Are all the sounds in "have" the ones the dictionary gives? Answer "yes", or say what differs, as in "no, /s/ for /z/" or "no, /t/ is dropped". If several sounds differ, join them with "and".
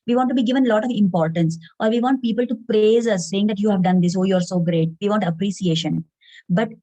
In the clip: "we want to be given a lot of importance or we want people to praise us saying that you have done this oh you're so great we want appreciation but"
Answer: yes